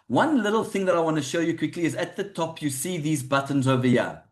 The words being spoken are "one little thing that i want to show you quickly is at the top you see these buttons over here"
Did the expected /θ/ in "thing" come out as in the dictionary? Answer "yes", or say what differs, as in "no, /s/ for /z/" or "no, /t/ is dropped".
yes